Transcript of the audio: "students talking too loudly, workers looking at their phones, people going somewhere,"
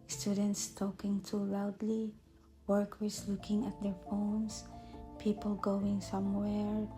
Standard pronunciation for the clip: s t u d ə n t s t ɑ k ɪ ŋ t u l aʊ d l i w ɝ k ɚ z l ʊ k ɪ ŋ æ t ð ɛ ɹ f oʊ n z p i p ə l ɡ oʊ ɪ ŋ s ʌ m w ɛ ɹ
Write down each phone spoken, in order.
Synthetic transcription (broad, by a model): s t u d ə n t s t ɑ k ɪ ŋ t u l aʊ d l i w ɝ k ɚ s l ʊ k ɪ ŋ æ t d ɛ ɹ f oʊ n s p i p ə l ɡ oʊ ɪ ŋ s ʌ m w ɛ ɹ